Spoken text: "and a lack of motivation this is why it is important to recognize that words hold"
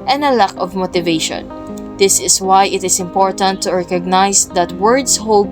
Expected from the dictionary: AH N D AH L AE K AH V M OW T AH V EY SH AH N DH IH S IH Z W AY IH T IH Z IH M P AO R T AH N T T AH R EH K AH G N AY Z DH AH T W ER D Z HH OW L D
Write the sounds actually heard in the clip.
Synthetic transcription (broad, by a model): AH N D AH L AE K AH V M OW T AH V EY SH AH N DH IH S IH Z W AY IH T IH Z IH M P AO R T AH N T T AH R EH K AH G N AY S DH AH T W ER D S HH OW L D